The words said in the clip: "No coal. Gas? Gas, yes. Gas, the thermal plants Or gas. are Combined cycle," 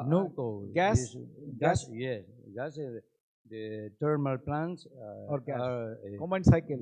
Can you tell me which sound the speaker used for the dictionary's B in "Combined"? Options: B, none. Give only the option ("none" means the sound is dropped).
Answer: none